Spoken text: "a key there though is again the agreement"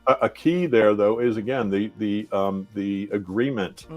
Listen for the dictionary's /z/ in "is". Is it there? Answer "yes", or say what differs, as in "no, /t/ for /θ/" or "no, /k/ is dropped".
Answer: yes